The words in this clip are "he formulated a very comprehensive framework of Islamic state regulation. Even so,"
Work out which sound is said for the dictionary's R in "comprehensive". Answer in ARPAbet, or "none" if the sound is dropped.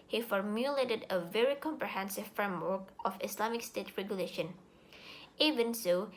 R